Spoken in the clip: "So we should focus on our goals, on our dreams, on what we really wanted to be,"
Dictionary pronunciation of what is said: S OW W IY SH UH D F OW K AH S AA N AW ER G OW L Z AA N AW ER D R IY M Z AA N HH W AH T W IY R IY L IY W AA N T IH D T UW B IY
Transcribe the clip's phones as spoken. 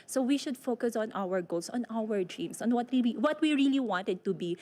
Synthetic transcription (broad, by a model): S OW W IY SH UH D F OW K AH S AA N AW ER G OW L S AA N AW ER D R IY M S AA N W W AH T W IY R IY L IY W AA N T IH D T UW B IY